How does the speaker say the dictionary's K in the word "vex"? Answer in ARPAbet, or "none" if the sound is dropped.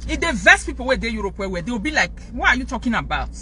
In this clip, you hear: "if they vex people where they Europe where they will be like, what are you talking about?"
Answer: none